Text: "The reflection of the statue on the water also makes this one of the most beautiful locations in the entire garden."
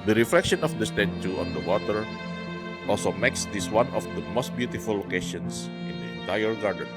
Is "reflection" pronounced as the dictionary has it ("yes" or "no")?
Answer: yes